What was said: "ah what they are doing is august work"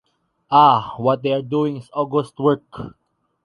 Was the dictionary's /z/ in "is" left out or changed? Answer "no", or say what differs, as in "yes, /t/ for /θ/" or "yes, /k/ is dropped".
yes, /s/ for /z/